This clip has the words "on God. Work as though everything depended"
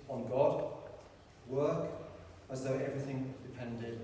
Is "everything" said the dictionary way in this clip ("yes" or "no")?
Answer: yes